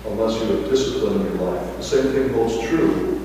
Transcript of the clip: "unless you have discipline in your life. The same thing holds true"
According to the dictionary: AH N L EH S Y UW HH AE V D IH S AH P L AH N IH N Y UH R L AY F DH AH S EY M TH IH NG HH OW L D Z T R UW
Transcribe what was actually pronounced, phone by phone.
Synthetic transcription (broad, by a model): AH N L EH S Y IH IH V D IH S AH P L AH N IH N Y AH R L AY F DH AH S EY M TH IH NG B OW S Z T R UW